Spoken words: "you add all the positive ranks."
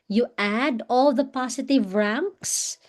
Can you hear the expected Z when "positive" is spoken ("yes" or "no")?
no